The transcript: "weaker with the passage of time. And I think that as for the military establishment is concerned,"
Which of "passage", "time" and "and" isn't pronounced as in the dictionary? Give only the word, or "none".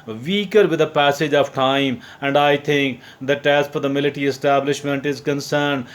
none